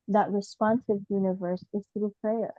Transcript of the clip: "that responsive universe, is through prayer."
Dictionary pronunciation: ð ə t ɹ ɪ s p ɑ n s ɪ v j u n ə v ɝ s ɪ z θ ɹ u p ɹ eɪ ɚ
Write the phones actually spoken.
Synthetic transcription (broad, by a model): ð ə t ɹ ɪ s p ɑ n s ɪ v j u n ə v ɝ s ɪ z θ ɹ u p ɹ eɪ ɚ